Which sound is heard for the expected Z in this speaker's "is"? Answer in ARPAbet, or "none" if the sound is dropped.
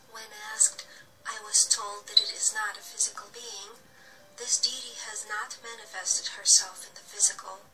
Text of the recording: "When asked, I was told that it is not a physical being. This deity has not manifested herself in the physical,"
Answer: Z